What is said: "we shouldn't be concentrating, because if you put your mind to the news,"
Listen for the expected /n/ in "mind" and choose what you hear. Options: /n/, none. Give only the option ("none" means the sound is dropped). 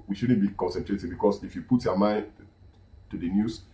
/n/